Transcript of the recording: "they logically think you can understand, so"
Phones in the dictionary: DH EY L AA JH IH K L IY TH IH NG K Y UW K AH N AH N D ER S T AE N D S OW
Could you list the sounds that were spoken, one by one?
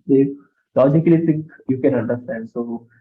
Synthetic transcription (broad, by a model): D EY L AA JH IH K L IY T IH NG K Y UW K AH N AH N D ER S T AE N D S OW